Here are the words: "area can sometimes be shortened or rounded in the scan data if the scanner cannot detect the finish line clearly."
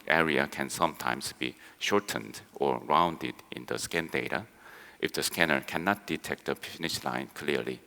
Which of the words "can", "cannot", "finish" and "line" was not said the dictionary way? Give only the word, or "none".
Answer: finish